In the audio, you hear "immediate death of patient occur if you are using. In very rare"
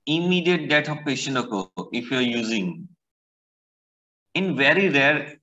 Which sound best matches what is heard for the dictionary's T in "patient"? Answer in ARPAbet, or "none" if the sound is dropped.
none